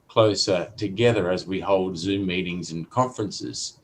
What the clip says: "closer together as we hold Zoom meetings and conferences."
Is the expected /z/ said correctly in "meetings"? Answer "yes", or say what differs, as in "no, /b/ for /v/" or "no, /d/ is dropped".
yes